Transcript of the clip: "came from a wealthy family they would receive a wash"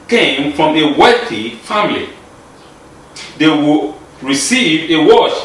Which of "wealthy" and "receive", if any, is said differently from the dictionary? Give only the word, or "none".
wealthy